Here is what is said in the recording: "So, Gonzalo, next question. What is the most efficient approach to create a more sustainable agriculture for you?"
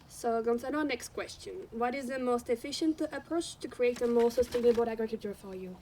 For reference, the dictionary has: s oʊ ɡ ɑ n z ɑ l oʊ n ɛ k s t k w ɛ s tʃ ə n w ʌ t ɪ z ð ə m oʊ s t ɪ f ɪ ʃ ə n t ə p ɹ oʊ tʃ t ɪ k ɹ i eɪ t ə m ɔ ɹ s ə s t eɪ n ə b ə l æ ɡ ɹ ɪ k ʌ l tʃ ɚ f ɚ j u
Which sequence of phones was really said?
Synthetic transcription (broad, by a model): s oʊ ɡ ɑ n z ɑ n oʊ n ɛ k s t k w ɛ s tʃ ə n w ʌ t ɪ z ð ə m oʊ s t ɪ f ɪ ʃ ə n t ə p ɹ oʊ tʃ t ɪ k ɹ i eɪ t ə m ɔ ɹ s ə s t eɪ n ə b ə l æ ɡ ɹ ɪ k ʌ l tʃ ɚ f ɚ j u